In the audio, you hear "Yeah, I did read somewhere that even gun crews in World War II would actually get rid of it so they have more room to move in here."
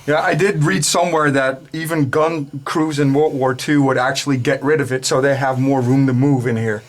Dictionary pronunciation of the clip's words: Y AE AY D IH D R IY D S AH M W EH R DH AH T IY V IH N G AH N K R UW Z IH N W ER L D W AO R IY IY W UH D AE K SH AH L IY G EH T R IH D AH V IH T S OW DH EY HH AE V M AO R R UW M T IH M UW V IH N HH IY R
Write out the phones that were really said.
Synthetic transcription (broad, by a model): Y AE AY D IH D R IY D S AH M W EH R DH AH T IY V IH N G AH N K R UW Z IH N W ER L W AO R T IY W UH D AE K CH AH L IY G EH T R IH D AH V IH T S OW DH EY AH V M AO R R UW M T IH M UW V IH N HH IY R